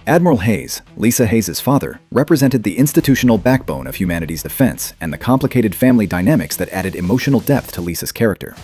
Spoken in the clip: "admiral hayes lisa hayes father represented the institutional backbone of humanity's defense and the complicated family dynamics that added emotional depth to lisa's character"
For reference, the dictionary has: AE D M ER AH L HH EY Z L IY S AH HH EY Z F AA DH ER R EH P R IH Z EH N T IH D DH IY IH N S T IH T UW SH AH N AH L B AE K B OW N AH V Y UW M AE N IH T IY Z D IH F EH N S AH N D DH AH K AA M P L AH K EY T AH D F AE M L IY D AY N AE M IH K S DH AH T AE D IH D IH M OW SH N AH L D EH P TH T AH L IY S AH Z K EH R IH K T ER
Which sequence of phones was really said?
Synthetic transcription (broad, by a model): AE D M ER L HH EY Z L IY S AH HH EY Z F AA DH ER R EH P R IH Z EH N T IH D DH IY IH N S T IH T UW SH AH N L B AE K B OW N AH V Y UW M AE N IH T IY Z D IH F EH N S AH N DH AH K AA M P L AH K EY T AH D F AE M L IY D AY N AE M IH K S DH AH T AE D IH D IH M OW SH N L D EH P TH T AH L IY S AH Z K EH R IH K T ER